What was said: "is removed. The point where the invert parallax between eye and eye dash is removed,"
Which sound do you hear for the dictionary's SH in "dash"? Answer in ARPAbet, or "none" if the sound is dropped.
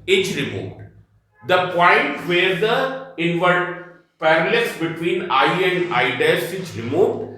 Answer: S